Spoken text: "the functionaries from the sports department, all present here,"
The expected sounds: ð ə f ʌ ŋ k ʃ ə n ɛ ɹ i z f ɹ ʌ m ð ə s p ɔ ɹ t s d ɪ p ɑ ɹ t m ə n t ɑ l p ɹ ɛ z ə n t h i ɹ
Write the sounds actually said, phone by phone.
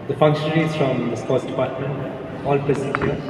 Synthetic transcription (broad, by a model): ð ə f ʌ ŋ k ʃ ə n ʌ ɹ i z f ɹ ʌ m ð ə s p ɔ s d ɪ p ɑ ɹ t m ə n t ɑ l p ɛ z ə t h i